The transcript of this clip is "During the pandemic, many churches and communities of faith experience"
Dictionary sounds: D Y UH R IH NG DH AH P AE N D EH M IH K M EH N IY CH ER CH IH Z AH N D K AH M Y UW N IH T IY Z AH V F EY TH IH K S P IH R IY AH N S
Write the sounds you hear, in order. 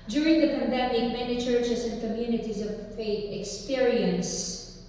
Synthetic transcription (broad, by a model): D Y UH R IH NG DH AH P AE N D EH M IH K M EH N IY CH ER CH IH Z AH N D K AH M Y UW N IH T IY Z AH V F EY T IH K S P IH R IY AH N S